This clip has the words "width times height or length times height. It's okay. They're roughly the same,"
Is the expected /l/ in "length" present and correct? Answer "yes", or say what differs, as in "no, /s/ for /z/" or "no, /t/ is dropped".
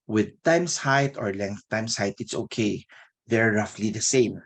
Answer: yes